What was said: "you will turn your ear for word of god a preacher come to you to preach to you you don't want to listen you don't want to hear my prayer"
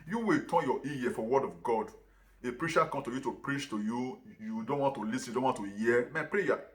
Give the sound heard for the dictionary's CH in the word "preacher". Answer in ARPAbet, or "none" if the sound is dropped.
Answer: SH